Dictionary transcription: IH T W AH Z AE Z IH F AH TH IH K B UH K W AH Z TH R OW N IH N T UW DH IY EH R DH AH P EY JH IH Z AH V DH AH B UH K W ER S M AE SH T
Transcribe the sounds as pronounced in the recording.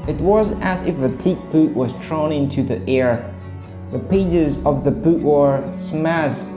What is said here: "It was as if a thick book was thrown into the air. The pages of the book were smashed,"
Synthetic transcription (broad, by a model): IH T W AH Z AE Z IH F AH T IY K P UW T W AH Z T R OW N IH N T UW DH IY EH R DH AH P EY JH IH Z AH V DH AH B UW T W ER S M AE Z